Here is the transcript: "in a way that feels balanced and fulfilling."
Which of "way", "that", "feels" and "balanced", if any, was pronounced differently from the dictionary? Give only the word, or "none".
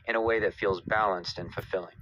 none